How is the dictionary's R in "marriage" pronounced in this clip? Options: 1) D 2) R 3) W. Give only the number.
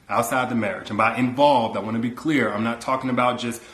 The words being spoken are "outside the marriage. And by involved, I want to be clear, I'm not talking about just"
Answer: 2